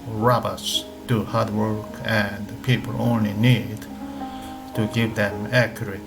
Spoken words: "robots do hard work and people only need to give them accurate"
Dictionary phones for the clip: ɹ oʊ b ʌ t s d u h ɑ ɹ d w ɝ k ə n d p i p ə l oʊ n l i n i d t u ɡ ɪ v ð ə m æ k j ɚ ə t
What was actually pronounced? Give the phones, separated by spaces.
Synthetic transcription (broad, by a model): ɹ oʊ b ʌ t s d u h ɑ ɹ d w ɝ k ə n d p i p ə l oʊ n l i n i d t u ɡ ɪ v ð ə m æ k j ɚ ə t